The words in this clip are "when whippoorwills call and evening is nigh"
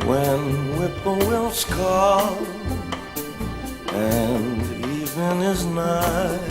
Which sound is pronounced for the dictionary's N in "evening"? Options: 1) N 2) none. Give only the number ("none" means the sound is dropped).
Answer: 2